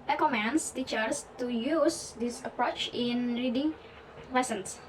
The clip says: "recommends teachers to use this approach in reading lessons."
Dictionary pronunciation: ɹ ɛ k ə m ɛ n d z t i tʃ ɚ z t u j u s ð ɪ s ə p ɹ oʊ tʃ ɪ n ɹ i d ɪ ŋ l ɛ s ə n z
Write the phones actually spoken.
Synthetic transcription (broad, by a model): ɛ k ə m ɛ n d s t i tʃ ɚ s t u j u s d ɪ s ə p ɹ oʊ tʃ ɪ n ɹ i d ɪ ŋ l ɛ s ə n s